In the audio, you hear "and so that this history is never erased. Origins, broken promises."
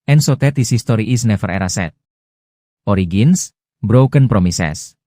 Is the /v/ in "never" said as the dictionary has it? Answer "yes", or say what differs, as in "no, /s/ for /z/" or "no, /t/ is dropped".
no, /f/ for /v/